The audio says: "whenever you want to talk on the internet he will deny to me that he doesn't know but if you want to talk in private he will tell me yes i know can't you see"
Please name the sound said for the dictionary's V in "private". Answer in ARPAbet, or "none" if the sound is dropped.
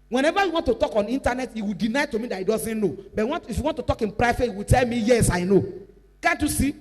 F